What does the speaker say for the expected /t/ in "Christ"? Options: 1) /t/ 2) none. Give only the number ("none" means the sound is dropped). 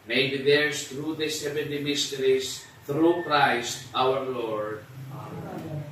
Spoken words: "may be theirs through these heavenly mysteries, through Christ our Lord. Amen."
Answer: 1